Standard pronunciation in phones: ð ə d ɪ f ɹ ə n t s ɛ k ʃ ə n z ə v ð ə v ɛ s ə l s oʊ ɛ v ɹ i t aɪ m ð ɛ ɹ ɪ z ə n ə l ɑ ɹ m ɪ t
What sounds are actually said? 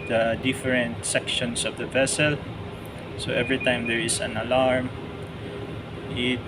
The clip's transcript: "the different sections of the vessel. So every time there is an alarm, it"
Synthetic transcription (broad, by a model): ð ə d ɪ f ɹ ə n t s ɛ k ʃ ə n s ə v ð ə v ɛ s ə l s oʊ ɛ v ɹ i t aɪ m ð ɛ ɹ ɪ s ə n ə l ɑ ɹ m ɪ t